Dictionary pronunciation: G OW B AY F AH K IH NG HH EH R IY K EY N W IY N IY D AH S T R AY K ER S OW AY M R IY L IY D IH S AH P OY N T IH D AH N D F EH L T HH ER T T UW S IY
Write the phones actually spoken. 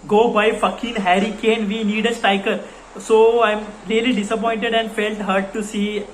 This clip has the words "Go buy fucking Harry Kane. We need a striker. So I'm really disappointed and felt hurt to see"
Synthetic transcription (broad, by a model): G OW B AY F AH K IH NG HH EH R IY K EY N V IY N IY D AH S T AY K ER S OW AY M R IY L IY D IH S AH P OY N T IH D AH N D F EH L T HH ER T T UW S IY